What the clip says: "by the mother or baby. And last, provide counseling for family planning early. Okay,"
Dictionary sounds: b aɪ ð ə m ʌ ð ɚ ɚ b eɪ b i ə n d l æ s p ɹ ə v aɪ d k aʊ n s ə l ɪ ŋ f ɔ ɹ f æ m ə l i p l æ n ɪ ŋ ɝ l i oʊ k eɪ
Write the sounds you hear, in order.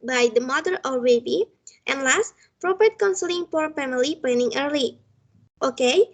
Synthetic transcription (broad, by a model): b aɪ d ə m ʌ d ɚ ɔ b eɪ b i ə n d l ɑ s p ɹ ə p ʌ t k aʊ n s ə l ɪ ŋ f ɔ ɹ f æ m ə l i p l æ n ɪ ŋ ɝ l i oʊ k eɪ